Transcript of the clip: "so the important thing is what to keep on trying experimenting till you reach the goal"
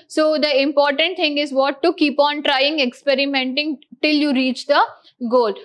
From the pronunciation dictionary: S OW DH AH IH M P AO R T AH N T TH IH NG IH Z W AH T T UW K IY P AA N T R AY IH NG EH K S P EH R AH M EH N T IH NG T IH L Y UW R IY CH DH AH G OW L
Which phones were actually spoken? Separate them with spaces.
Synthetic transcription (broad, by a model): S OW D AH IH M P AO R T AH N T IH NG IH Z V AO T T UW K IY P AA N T R AY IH NG EH K S P EH R AH M EH N T IH NG T IH L Y UW R IY CH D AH G OW L